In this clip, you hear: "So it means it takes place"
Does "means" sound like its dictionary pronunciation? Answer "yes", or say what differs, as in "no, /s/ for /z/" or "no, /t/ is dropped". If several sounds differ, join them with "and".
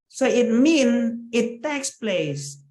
no, /z/ is dropped